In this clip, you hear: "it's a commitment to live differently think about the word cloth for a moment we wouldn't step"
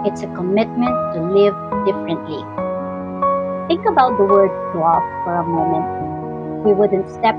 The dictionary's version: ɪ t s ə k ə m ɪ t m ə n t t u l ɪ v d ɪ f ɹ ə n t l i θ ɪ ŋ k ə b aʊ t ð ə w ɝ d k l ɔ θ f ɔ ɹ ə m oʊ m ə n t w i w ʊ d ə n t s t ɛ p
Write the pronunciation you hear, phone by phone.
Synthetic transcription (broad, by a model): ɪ t s ə k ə m ɪ t m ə n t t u l ɪ v d ɪ f ɹ ə n t l i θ ɪ ŋ k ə b aʊ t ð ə w ɝ d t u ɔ s f ɔ ɹ ə m oʊ m ə n t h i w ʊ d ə n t s t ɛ p